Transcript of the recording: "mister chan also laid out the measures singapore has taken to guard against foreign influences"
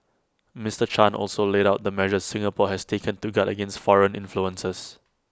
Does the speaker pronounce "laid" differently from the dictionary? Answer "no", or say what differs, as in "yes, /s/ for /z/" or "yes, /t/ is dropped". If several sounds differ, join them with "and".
no